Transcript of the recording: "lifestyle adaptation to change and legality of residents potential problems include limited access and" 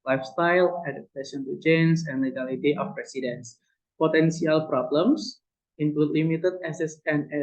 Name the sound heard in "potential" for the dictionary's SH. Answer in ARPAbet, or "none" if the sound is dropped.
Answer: S